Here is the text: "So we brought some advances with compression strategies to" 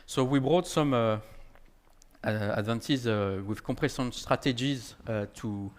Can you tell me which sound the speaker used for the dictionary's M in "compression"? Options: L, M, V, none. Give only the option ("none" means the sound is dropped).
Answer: none